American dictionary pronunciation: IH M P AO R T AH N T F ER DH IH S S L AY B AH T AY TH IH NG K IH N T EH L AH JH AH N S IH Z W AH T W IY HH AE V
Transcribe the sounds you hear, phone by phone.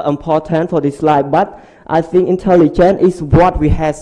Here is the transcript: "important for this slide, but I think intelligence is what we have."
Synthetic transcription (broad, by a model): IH M P AO T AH N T F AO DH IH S S L AY B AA T AY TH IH NG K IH N T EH L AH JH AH N IH S W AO T W IY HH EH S